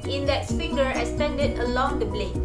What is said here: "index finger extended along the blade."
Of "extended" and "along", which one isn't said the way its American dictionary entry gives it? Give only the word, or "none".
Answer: extended